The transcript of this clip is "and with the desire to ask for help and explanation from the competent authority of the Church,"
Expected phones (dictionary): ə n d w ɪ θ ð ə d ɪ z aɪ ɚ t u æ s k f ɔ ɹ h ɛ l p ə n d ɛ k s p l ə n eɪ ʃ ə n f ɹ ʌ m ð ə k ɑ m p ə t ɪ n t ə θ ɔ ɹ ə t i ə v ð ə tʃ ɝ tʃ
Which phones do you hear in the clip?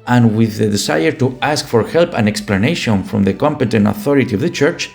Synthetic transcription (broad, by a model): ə n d w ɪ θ ð ə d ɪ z aɪ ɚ t u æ s k f ɔ ɹ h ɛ l p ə n ɛ k s p l ə n eɪ ʃ ə n f ɹ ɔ m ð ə k ɑ m p ə t ɪ n t ə θ ɔ ɹ ə t i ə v ð ə tʃ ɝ tʃ